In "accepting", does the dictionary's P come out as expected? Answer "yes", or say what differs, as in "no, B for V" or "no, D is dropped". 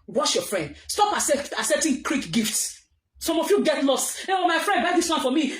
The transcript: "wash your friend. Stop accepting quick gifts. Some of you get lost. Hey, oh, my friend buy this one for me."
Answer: no, P is dropped